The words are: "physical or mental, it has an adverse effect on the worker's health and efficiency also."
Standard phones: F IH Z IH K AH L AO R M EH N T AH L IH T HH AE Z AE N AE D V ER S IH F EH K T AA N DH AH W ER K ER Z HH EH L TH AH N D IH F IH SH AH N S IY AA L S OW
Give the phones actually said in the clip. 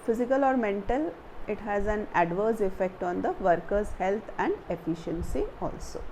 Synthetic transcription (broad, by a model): F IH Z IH K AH L AO R M EH N T AH L IH T HH AE Z AE N AE D V ER S IH F EH K T AA N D AH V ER K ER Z HH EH L T AH N D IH F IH SH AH N S IY AA L S OW